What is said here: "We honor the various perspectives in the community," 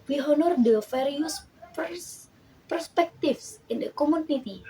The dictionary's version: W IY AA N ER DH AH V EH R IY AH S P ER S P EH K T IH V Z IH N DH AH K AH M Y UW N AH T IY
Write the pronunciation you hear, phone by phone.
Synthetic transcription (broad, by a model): W IY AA N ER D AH F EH R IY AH S P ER S P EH K T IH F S IH N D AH K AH M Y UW N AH T IY